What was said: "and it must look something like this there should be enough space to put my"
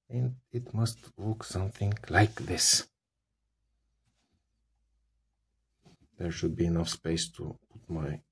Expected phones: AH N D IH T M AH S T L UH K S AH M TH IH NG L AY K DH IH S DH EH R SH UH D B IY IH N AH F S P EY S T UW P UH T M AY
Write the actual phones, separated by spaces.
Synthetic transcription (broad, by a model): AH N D IH T M AH S T W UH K S AH M TH IH NG L AY K DH IH S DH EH R SH UH D B IY IH N AH F S P EY S T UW P UH T M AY